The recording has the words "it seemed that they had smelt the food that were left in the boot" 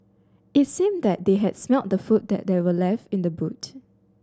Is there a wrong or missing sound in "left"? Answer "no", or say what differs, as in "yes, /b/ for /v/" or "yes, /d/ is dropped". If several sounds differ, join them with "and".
no